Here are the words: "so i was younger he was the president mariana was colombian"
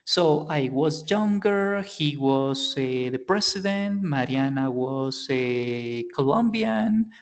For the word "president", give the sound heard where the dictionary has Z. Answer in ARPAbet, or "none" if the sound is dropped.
S